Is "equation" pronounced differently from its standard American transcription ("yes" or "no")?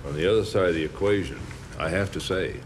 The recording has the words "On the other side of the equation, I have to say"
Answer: no